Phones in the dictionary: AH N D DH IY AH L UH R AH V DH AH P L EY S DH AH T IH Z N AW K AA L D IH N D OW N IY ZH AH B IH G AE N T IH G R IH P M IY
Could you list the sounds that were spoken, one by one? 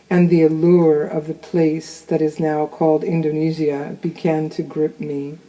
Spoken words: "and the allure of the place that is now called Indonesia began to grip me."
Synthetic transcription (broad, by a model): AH N DH IY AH L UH R AH V DH AH P L EY S DH AH T IH Z N AW K AA L D IH N D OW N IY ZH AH B IH G AE N T IH G R IH P M IY